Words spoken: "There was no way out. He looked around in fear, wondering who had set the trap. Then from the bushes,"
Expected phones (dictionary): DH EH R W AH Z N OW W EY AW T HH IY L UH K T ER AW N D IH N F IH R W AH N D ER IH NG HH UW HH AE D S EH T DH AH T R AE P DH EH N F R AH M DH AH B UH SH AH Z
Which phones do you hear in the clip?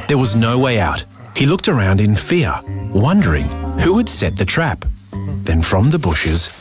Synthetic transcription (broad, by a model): DH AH R W AH Z N OW W EY AW T HH IY L UH K T ER AW N D IH N F IH R W AH N D ER IH NG HH UW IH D S EH T DH AH T R AE P DH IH N F R AH M DH AH B UH SH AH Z